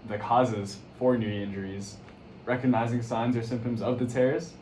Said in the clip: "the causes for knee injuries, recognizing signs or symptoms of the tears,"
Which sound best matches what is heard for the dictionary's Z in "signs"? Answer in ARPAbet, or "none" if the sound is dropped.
Z